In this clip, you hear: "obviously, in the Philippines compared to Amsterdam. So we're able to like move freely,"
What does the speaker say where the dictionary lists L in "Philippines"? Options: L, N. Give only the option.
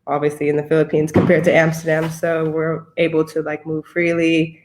L